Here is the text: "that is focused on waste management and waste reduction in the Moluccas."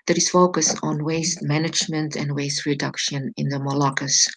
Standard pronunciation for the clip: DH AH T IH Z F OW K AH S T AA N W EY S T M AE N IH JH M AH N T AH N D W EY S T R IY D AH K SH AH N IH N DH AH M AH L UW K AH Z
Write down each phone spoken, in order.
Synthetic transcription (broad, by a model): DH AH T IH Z F OW K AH S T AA N W EY S T M AE N IH JH M AH N T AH N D W EY S T R IY D AH K SH AH N IH N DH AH M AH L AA K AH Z